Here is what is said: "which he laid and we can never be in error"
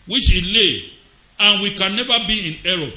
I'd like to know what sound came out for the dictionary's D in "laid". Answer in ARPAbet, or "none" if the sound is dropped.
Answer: none